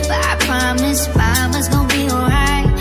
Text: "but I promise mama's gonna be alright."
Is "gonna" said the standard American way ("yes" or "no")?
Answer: no